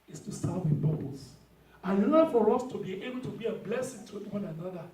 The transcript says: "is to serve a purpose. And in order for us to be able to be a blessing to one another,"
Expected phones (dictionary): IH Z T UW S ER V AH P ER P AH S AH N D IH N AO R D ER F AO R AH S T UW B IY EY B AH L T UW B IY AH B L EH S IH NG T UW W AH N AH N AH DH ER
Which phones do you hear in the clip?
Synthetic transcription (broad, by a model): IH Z T UW S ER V AH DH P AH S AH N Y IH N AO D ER F AO R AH S T UW B IY EY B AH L T UW B IY AH B L EH S IH NG T UW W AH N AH N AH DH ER